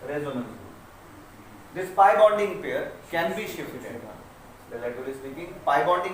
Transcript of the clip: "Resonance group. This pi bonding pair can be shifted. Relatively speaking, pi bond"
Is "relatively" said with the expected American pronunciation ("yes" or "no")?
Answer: no